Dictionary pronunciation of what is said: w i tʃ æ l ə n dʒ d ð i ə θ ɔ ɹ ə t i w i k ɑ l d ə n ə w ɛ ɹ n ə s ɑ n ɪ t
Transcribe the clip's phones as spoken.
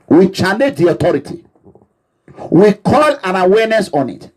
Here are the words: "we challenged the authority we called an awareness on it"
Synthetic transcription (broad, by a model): w i tʃ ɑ n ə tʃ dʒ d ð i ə t ɔ ɹ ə t i w i k ɑ l ə n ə w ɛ n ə s ɑ n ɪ t